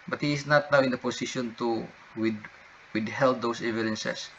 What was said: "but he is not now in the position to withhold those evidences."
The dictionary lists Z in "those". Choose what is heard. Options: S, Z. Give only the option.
S